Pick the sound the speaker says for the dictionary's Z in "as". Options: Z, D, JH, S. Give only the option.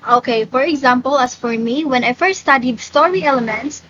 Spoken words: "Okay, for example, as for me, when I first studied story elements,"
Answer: S